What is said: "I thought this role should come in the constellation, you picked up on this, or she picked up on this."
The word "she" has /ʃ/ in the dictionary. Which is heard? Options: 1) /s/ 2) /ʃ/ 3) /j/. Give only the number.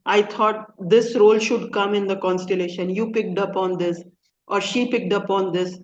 2